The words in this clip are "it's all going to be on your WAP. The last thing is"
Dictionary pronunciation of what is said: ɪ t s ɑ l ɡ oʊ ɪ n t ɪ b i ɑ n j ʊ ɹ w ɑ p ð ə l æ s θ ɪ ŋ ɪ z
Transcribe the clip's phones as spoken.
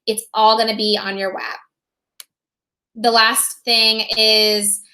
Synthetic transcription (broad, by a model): ɪ t s ɑ l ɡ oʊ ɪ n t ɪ b i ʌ n j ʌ ɹ w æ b ð ə l æ s θ ɪ ŋ ɪ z